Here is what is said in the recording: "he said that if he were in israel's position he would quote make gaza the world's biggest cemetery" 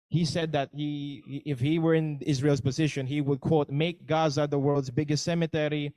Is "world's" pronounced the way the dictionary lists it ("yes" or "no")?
yes